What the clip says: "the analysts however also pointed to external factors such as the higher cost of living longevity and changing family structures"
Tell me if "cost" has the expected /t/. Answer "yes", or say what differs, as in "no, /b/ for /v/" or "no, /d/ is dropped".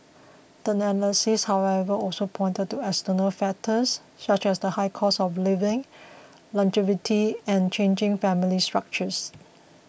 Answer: no, /t/ is dropped